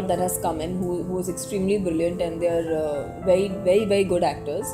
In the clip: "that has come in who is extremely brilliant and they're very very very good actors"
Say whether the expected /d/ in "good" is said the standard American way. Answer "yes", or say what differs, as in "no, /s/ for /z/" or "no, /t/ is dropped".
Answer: yes